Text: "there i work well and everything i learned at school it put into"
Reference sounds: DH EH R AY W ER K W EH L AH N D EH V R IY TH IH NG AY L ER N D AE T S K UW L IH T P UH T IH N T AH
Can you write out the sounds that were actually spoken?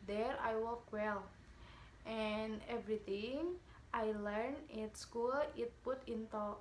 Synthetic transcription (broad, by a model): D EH R AY W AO K W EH L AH N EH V R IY T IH NG AY L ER N IH T S K UW L IH T P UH T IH N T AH